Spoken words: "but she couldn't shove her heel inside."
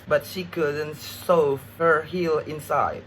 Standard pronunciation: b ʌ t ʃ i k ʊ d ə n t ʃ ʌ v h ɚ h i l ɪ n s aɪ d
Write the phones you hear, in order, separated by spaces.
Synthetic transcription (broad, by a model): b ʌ t ʃ i k ʊ d ə n t s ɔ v h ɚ h i l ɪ n s aɪ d